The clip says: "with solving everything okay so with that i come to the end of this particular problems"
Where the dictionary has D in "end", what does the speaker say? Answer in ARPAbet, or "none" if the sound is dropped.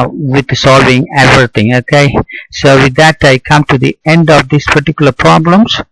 D